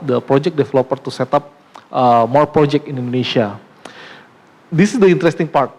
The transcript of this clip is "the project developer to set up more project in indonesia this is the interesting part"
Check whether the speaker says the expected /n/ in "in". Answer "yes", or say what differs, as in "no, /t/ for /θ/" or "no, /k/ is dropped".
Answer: yes